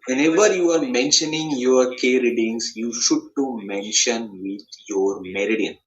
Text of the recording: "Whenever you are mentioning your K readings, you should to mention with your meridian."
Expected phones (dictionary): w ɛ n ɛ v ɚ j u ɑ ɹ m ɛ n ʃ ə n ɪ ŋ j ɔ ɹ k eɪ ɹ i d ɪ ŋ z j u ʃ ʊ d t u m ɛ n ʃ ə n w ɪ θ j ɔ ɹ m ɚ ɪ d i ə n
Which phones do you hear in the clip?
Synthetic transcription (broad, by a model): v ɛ n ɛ v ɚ j u ɑ ɹ m ɛ n ʃ ə n ɪ ŋ j ɔ ɹ k eɪ ɹ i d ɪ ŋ s j u ʃ ʊ d t u m ɛ n ʃ ə n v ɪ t j ɔ ɹ m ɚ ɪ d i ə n